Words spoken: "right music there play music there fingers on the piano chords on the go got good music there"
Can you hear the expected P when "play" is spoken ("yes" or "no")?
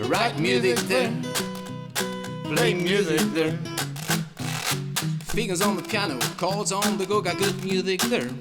no